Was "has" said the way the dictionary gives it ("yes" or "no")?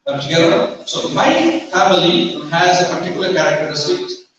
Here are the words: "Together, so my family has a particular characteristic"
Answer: yes